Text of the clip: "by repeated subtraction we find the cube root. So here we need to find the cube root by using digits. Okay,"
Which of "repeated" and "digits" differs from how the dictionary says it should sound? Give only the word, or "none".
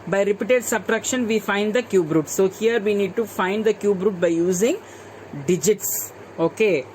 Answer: none